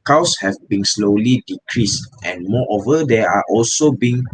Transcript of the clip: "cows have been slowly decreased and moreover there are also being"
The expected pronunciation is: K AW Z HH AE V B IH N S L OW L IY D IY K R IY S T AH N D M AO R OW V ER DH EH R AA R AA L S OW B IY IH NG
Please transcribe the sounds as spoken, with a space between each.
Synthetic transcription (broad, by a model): K AW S HH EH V B IH N S L OW L IY D IY K R IY S T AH N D M AO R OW V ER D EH AA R AA L S OW B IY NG